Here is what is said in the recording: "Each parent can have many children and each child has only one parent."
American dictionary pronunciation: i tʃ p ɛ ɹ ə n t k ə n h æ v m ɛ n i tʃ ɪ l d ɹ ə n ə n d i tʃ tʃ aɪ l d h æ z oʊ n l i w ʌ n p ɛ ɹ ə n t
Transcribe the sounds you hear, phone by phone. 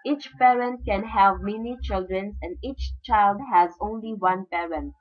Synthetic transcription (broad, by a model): i tʃ p ɛ ɹ ə n t k ə n h æ v m ɛ n i tʃ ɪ l d ɹ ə n ə n d i tʃ tʃ aɪ l d h æ z oʊ n l i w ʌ n p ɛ ɹ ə n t